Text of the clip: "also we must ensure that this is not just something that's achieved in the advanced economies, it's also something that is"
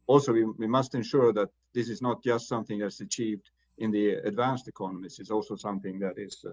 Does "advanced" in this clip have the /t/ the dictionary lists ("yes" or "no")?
yes